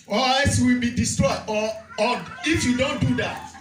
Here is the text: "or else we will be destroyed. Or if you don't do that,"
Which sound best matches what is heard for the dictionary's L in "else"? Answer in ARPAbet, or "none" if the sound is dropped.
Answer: none